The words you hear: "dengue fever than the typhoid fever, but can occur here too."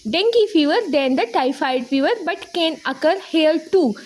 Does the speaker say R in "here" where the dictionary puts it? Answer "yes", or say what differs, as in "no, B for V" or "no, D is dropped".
no, L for R